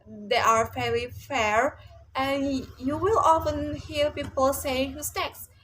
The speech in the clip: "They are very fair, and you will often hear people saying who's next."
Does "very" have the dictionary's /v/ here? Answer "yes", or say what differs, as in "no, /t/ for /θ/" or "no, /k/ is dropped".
no, /f/ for /v/